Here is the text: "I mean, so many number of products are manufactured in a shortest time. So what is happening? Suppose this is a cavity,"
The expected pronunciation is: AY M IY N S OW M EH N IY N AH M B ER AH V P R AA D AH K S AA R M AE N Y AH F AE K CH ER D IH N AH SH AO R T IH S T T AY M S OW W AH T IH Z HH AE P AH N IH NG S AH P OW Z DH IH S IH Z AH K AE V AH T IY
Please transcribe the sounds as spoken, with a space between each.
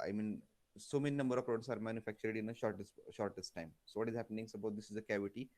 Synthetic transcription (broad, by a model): AY M IY N S OW M EH N IY N AH M B ER AH V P R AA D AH S AA R M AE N Y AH F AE K CH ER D IH N AH SH AO R T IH S T T AY M S OW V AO T IH Z HH AE P AH N IH NG S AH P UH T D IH S IH Z AH K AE V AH T IY